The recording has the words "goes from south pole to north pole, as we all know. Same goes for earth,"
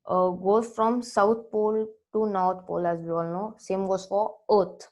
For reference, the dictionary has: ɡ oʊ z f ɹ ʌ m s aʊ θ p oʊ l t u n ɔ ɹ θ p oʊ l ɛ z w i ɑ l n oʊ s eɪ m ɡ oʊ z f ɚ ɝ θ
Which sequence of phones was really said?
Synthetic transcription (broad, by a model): ɡ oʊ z f ɹ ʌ m s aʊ t p oʊ l t u n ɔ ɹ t p oʊ l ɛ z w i ɑ l n oʊ s eɪ m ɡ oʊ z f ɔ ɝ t